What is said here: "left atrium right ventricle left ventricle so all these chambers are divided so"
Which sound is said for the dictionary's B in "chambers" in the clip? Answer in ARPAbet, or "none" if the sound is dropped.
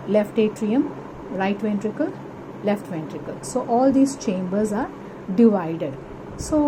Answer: B